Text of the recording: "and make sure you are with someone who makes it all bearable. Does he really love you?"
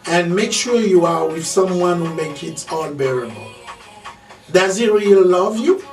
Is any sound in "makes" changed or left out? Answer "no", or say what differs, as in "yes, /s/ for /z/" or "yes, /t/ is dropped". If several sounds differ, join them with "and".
yes, /s/ is dropped